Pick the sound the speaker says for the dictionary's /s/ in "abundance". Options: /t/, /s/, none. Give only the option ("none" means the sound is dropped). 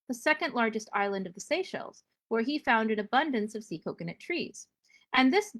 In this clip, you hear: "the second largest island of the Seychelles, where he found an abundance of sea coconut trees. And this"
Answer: /s/